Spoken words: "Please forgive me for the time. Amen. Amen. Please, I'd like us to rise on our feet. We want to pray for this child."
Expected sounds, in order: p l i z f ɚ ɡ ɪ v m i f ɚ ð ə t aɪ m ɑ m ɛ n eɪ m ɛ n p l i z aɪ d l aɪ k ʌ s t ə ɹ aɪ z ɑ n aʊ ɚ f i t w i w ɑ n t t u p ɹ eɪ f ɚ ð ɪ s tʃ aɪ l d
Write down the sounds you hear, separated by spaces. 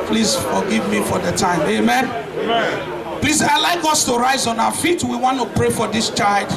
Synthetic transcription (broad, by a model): p l i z f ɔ ɡ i v m i f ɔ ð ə t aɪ ɑ m eɪ m ɛ n p l i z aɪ l aɪ k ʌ s t ə ɹ aɪ z ɑ n aʊ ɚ f i t w i w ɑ n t t u p ɹ eɪ f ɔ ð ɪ s tʃ aɪ l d